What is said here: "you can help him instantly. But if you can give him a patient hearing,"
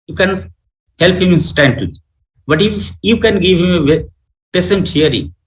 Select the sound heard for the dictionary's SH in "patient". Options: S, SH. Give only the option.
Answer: S